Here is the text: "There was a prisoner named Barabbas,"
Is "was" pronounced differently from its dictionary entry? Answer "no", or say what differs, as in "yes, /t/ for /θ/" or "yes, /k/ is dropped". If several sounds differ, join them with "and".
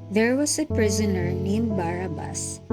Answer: yes, /s/ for /z/